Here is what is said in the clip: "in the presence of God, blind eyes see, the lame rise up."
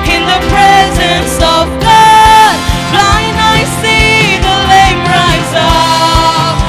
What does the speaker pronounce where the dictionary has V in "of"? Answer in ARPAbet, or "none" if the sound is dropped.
V